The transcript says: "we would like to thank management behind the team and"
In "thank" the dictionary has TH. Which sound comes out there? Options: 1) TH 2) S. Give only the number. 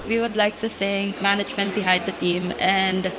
2